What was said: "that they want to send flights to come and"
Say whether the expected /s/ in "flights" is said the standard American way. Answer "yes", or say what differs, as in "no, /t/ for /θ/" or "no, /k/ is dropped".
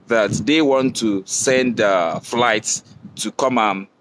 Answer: yes